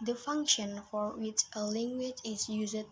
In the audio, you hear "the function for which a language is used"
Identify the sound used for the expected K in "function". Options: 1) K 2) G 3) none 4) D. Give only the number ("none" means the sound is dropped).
1